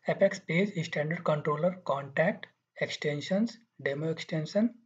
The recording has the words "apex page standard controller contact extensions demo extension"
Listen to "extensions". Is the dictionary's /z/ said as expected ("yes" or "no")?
no